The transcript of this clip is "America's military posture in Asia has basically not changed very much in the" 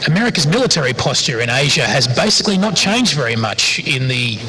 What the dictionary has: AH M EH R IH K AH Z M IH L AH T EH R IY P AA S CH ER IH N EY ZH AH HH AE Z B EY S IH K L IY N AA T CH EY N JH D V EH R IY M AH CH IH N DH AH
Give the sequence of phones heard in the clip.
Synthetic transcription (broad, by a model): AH M EH R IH K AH Z M IH L AH T EH R IY P AA S CH ER IH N EY ZH AH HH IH Z B EY S IH K L IY N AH T CH EY N JH D V EH R IY M AH CH IH N DH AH